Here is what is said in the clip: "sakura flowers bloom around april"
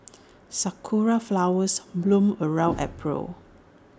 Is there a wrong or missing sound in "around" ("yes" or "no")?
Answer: yes